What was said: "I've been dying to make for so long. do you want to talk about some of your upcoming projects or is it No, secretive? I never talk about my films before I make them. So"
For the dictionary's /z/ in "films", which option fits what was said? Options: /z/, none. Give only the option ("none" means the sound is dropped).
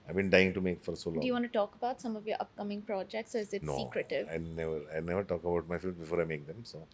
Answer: none